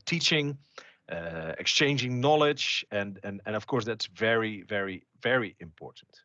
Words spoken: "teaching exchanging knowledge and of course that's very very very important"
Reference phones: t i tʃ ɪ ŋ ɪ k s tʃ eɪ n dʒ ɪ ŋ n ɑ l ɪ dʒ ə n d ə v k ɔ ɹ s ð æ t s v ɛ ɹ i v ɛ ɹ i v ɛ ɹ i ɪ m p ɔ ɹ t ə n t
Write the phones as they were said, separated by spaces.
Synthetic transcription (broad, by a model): t i tʃ ɪ ŋ ɪ k s tʃ eɪ n dʒ ɪ ŋ n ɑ l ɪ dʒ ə n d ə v k ɔ ɹ s ð æ t s v ɛ ɹ i v ɛ ɹ i v ɛ ɹ i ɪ m p ɔ ɹ t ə n t